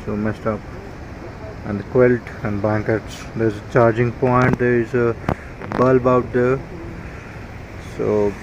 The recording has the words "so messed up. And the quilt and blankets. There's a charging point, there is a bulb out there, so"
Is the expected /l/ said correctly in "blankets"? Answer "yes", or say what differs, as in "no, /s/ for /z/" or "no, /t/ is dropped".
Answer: no, /l/ is dropped